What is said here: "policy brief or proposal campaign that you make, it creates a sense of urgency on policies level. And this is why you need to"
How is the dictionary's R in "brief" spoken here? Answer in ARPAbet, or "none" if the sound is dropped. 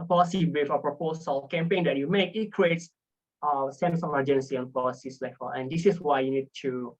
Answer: none